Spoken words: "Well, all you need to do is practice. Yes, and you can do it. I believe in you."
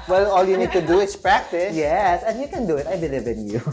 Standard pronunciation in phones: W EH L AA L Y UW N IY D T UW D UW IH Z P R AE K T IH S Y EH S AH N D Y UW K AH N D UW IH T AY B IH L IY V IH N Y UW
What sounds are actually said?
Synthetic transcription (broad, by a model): W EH L AA L Y UW N IY D T UW D UW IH S P R AE K T IH S Y EH S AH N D Y UW K AH N D UW IH T AY B IH L IY V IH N Y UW